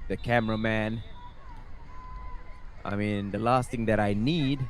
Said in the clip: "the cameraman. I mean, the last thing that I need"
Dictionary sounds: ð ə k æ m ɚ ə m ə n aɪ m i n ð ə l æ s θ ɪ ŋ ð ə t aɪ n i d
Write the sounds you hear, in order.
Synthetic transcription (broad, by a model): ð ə k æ m ɚ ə m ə n aɪ m i n ð ə l æ s t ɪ ŋ ð ə t aɪ n i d